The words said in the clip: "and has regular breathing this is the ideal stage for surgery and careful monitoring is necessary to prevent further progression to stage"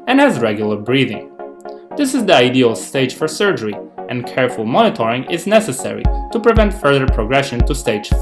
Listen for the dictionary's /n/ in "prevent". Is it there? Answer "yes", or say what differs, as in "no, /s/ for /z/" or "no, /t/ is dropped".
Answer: yes